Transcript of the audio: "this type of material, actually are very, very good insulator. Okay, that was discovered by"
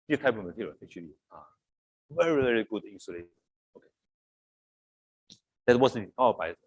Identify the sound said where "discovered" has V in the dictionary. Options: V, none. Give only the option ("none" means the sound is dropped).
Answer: none